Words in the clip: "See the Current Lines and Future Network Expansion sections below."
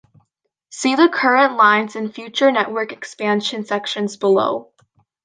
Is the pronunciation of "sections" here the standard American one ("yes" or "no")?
yes